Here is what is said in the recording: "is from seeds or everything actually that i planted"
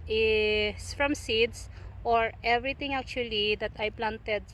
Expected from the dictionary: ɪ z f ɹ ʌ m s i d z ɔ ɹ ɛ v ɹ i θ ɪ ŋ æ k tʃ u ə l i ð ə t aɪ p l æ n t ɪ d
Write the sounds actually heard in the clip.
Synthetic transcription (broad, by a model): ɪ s f ɹ ʌ m s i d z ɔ ɹ ɛ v ɹ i t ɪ ŋ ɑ k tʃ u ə l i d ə t aɪ p l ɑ n t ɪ d